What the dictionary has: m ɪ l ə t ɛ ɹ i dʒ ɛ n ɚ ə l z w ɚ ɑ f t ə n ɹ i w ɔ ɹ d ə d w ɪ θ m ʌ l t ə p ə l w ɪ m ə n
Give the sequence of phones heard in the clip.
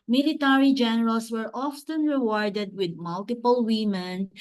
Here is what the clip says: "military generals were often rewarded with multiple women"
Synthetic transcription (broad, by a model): m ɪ l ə t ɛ ɹ i dʒ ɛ n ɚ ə l s w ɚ ɑ f t ə n ɹ i w ɔ ɹ d ə d w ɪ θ m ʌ l t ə p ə l w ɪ m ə n